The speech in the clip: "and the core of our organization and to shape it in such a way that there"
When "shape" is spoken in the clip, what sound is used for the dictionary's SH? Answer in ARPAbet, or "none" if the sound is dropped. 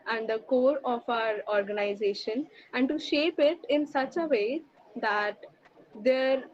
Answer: SH